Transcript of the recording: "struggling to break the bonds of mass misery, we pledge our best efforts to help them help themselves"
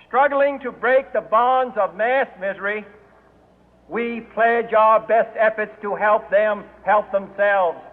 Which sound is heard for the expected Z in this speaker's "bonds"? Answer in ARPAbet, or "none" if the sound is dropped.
Z